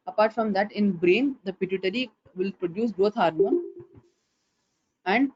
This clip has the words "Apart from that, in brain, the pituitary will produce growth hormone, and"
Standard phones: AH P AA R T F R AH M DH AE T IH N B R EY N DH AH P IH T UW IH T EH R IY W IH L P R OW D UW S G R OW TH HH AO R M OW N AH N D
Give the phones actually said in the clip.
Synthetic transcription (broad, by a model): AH P AA R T F R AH M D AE T IH N B R EY N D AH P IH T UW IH T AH R IY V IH L P R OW D UW S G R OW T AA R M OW AH N D